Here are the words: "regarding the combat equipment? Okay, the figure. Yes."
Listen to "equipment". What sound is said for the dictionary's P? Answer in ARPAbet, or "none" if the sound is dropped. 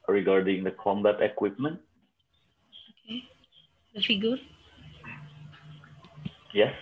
P